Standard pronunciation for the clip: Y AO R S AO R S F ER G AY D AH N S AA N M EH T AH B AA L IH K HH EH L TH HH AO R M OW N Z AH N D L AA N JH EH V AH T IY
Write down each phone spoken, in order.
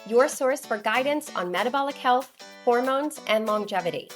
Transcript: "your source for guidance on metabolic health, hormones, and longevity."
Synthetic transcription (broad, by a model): Y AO R S AO R S F ER G AY D N S N M EH T AH B AA L IH K HH EH L TH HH AO R M OW N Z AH N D L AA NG JH EH V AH T IY